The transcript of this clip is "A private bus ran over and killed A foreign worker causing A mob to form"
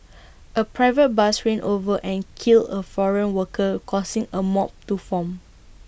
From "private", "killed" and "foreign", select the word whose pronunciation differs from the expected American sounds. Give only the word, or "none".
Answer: killed